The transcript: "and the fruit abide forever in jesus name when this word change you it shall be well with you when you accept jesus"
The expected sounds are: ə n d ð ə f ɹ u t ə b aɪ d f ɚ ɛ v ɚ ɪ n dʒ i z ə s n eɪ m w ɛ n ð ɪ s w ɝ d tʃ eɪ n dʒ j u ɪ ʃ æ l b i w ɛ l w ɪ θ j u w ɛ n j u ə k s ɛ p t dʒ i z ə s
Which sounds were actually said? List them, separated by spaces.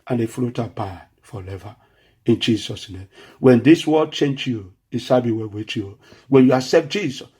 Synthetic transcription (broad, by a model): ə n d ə f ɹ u t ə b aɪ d f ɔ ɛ v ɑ ɪ n dʒ i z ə s n eɪ m w ɛ n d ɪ s w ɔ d tʃ eɪ n dʒ j u ɪ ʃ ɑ b i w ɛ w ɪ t j u w ɛ n j u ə s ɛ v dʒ i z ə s